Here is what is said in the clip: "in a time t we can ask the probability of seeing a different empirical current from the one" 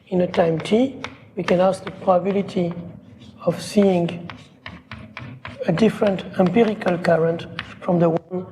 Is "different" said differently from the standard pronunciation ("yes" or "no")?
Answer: no